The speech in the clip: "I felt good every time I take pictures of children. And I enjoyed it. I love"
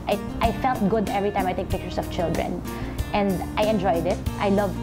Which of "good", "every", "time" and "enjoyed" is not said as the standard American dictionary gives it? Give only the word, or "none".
none